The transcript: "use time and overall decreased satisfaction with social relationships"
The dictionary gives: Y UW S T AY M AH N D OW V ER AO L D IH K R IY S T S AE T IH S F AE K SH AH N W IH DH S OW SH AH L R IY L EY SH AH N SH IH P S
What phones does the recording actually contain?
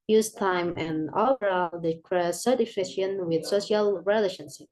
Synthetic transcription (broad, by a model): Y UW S T AY M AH N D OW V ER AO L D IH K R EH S S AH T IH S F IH SH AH N W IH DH S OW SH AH L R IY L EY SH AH N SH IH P